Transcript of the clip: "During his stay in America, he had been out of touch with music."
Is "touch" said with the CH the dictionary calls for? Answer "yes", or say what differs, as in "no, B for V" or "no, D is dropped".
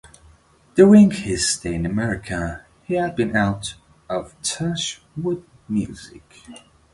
no, SH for CH